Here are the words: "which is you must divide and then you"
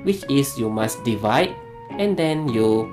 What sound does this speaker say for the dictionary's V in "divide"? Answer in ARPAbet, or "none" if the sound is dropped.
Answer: V